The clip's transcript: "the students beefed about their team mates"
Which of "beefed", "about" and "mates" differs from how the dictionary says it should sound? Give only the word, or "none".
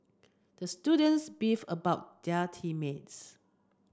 beefed